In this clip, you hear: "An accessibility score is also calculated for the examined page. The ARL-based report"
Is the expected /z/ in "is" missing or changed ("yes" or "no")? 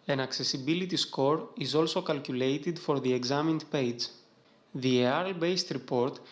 no